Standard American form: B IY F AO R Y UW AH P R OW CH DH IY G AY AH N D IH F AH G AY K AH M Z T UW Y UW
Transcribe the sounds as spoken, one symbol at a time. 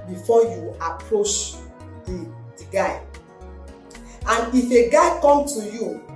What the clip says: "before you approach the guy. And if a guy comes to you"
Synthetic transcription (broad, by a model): B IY F AO Y UW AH P R OW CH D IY G AY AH N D IH F AH G AY K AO M T UW Y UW